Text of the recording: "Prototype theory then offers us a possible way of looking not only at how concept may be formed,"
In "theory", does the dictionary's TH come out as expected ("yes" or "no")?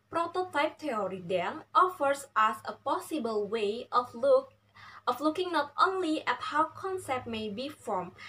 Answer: no